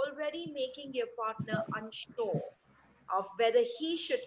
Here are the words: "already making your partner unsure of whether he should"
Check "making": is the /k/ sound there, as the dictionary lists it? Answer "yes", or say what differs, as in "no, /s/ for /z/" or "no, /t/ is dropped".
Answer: yes